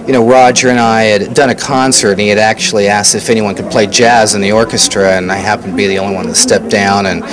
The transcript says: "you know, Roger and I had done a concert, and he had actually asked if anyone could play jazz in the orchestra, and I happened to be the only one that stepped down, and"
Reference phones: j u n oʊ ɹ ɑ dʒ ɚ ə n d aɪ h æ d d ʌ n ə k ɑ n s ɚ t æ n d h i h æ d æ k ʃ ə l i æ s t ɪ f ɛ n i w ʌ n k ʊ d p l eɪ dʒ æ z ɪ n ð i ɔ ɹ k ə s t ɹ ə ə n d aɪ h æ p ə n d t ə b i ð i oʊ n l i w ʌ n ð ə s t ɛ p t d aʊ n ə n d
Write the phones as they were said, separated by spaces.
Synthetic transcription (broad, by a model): j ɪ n oʊ ɹ ɑ dʒ ɚ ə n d aɪ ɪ d d ʌ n ə k ɑ n s ɚ t n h i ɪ d æ k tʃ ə l i æ s t ɪ f ɛ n i w ʌ n k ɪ d p l eɪ dʒ æ z ɪ n ð i ɔ ɹ k ə s t ɹ ə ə n aɪ h æ p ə n t ə b i ð i oʊ l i w ʌ n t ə s t ɛ p d aʊ n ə n